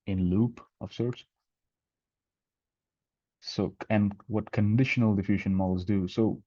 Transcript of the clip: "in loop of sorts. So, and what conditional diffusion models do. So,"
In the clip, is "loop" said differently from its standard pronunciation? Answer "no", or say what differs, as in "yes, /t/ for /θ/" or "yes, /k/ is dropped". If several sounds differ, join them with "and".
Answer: no